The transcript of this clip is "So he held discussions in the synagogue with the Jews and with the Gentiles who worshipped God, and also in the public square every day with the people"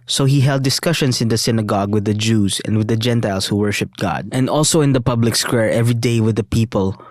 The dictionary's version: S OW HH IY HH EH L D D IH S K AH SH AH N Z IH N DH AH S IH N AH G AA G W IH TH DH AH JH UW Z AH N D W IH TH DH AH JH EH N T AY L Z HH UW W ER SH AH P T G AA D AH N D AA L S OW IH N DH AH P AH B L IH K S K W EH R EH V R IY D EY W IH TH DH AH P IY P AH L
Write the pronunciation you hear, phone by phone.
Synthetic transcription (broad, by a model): S OW HH IY HH EH L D D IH S K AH SH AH N S IH N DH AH S IH N AH G AA G W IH DH AH JH UW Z AH N D W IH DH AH JH EH N T AY L S HH UW W ER SH AH P T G AA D AH N D AA L S OW IH N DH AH P AH B L IH K S K W EH R EH V R IY D EY W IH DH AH P IY P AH L